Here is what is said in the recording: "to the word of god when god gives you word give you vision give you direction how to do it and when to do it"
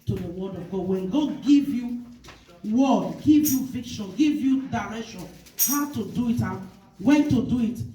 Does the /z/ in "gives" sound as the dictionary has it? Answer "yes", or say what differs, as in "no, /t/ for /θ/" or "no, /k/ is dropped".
no, /z/ is dropped